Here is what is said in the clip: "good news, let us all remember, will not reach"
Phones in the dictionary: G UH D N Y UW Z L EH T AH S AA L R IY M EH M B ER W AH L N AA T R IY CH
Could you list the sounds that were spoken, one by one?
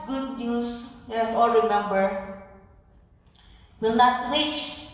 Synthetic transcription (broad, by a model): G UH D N Y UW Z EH AH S AA L R IY M EH M B ER W AH L N AA T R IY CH